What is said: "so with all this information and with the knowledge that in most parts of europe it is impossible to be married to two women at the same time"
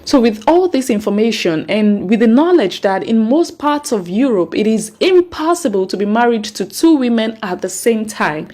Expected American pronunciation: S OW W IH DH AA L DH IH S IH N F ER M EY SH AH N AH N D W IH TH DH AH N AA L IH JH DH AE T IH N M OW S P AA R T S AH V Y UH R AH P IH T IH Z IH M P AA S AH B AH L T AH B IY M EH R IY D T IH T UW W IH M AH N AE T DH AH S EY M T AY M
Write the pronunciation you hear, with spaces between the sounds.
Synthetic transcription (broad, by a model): S OW W IH DH AA L DH IH S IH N F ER M EY SH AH N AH N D W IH DH AH N AA L IH JH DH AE T IH N M OW S P AA R T S AH V Y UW R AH P IH T IH Z IH M P AA S AH B AH L T AH B IY M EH R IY D T IH T UW W IH M AH N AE T DH AH S EY M T AY M